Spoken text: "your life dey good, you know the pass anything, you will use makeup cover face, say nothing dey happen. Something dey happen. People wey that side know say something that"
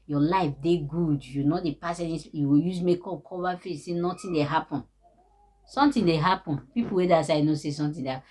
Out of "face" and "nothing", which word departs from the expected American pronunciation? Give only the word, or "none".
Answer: nothing